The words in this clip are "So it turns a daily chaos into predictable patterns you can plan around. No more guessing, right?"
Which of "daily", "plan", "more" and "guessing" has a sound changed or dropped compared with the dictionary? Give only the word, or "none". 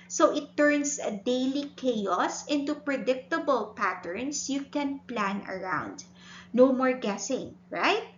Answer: none